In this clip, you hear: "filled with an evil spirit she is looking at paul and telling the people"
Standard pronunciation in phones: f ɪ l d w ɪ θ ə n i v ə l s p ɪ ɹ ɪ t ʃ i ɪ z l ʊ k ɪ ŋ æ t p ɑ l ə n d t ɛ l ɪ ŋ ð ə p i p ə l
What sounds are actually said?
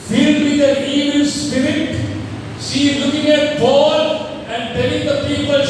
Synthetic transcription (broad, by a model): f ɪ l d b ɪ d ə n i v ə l s p ɪ ɹ ɪ t s i l ʊ k ɪ ŋ æ t b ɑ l ə n d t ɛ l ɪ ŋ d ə p i p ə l